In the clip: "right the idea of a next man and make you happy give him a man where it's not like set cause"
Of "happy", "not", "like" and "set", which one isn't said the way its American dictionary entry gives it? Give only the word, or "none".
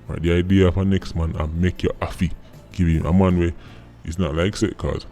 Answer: happy